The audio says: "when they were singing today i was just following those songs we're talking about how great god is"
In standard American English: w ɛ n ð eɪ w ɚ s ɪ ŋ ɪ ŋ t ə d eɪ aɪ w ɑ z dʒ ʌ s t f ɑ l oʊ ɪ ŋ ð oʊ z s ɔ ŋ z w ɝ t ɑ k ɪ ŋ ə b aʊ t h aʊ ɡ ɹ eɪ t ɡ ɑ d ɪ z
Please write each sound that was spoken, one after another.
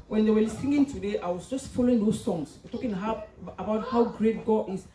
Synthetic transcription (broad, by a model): w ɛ n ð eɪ w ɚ s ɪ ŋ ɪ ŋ t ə d eɪ aɪ w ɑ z dʒ ʌ s t f ɑ l oʊ ɪ ŋ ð oʊ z s ɔ ŋ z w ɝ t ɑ k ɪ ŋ ə b aʊ t h aʊ ɡ ɹ eɪ t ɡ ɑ ɪ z